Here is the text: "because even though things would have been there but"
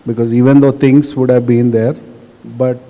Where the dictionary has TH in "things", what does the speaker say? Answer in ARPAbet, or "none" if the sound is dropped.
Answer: T